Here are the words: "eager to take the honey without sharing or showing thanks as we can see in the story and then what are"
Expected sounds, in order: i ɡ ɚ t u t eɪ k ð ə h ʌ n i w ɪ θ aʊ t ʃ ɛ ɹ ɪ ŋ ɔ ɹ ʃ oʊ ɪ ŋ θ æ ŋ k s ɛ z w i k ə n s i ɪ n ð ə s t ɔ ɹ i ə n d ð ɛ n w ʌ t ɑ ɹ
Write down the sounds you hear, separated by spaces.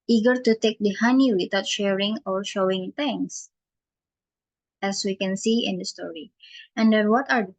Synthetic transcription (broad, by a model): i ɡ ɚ t u t eɪ k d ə h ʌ n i w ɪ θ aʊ t ʃ ɛ ɹ ɪ ŋ ɔ ɹ ʃ oʊ ɪ ŋ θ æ ŋ s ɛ s w i k ə n s i ɪ n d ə s t ɔ ɹ i ə n d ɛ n w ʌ t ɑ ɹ